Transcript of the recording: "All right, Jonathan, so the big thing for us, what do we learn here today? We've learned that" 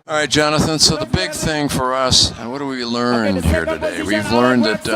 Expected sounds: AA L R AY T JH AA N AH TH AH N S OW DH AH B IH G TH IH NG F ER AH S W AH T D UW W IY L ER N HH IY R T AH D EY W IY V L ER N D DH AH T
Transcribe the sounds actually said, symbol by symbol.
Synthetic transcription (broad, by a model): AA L R AY T JH AA N AH TH AH N S OW DH AH B IH G TH IH NG F ER AH S W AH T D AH W IY L ER N HH IY R T AH D EY W IY V L ER N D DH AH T